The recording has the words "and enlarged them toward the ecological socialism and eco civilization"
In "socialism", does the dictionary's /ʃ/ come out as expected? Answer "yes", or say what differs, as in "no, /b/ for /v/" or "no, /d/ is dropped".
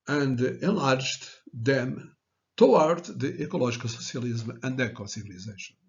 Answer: no, /s/ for /ʃ/